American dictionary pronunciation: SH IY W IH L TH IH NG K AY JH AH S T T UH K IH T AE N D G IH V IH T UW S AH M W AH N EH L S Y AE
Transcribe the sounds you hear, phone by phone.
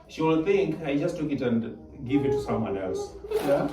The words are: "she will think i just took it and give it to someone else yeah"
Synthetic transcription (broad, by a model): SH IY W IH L T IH NG K AY JH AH S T T UH K IH T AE N D G IH V IH T UW S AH M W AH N EH L S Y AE